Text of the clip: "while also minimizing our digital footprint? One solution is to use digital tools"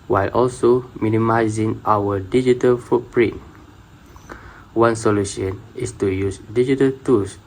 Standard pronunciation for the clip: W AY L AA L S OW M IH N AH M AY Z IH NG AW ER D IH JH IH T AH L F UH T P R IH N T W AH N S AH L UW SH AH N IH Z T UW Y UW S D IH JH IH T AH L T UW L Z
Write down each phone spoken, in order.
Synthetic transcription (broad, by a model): W AY L AA L S OW M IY N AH M AY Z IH NG AW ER D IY JH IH T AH L F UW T P R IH N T W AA N S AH L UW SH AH N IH S T UW Y UW S D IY JH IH T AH L T UW L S